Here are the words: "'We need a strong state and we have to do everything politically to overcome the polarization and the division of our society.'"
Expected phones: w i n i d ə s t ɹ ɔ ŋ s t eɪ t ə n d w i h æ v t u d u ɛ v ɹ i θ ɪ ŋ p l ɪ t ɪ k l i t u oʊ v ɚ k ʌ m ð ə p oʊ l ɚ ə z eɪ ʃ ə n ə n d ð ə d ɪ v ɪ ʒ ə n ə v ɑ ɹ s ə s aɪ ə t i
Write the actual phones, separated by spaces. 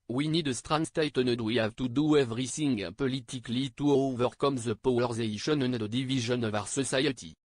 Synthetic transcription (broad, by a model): w i n i d ə s t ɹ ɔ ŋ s t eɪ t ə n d w i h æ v t u d u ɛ v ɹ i s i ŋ p l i t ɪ k l i t u oʊ v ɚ k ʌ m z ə p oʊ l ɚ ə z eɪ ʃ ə n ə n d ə d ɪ v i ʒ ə n ə v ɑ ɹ s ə s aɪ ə t i